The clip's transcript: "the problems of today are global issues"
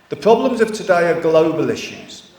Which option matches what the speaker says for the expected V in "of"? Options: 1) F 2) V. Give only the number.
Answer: 1